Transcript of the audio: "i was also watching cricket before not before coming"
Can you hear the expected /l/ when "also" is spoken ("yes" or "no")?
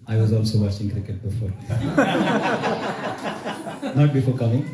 no